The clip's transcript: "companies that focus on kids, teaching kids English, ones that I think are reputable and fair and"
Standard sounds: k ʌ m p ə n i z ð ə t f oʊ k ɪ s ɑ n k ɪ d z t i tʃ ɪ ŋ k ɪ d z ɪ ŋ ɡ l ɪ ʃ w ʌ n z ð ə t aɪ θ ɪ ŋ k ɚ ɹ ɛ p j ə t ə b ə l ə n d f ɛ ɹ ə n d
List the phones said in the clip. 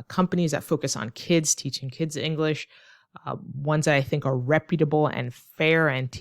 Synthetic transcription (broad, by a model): k ʌ m p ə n i z ð ə t f oʊ k ɪ s n k ɪ d z t i tʃ ɪ ŋ k ɪ d z ɪ ŋ ɡ l ɪ ʃ w ʌ n z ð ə t aɪ θ ɪ ŋ k ɚ ɹ ɛ p j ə t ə b l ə n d f ɛ ɹ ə n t